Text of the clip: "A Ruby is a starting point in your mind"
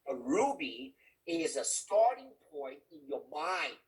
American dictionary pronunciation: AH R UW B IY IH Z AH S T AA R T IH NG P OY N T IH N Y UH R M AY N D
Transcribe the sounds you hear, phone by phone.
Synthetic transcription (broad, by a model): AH R UW B IY IH Z AH S T AA R T IH NG P OY N T IH N Y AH R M AY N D